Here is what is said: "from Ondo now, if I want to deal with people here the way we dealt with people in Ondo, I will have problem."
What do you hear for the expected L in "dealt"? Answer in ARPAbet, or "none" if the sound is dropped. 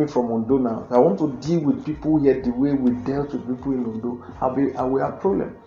L